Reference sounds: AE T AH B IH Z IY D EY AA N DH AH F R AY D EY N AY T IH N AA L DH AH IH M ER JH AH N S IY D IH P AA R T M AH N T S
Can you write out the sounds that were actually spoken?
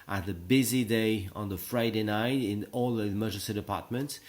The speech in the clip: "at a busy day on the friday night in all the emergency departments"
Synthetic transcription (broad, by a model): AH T AH B IH Z IY D EY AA N DH AH F R AY D EY N AY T IH N AA L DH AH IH M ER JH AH S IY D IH P AA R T M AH N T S